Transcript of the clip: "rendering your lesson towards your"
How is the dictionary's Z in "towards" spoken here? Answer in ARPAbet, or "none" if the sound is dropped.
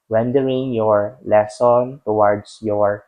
S